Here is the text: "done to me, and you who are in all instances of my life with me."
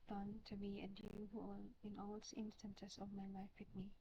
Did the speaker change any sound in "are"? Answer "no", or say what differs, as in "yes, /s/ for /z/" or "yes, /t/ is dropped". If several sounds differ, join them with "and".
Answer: yes, /l/ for /ɹ/